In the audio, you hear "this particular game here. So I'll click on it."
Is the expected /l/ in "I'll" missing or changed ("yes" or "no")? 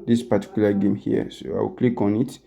yes